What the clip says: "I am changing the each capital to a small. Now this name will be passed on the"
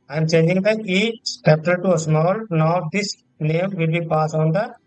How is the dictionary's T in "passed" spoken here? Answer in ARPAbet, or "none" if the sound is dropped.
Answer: none